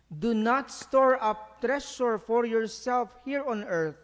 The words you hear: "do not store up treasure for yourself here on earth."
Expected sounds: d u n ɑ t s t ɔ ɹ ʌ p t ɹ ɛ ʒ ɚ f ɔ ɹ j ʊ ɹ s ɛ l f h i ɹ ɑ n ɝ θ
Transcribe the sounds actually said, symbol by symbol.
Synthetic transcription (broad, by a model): d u n ɑ t s t ɔ ɹ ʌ p t ɹ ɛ ʃ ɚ f ɔ ɹ j ʊ ɹ s ɛ l f h i ɹ ɑ n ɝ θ